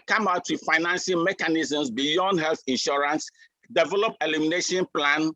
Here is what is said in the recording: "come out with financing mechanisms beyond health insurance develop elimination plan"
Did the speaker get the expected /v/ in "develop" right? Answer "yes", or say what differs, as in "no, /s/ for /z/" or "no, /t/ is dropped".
yes